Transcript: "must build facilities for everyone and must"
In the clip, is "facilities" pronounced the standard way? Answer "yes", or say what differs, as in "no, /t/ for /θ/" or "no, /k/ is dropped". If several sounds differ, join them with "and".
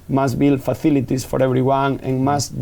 no, /θ/ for /s/ and /s/ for /z/